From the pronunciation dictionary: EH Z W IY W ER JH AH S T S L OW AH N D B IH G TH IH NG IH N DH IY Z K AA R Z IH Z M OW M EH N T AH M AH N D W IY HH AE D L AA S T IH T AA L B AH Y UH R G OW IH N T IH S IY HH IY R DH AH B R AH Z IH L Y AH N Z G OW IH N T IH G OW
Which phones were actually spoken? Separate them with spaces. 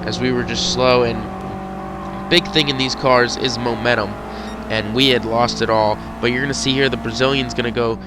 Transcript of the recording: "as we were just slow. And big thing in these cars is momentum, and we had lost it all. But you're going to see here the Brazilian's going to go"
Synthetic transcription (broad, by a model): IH Z W IY W ER JH AH S T S L OW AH N B IH G TH IH NG IH N DH IY Z K AA R Z IH Z M OW M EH T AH M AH N W IY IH D L AA S T IH T AA L B AH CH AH R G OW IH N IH S IY HH IY R DH AH B R AH Z IH L Y AH N Z G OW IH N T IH G OW